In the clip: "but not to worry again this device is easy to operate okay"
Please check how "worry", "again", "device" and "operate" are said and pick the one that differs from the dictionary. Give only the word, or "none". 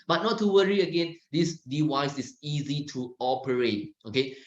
device